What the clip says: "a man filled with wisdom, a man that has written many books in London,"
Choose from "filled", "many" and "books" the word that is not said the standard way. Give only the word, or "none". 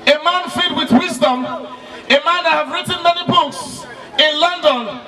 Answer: filled